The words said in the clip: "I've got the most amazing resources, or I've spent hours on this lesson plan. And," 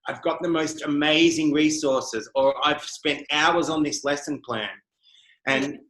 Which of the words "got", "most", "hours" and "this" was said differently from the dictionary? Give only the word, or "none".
none